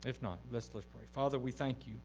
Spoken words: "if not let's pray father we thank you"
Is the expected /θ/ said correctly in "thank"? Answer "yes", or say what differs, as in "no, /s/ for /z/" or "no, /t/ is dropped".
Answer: yes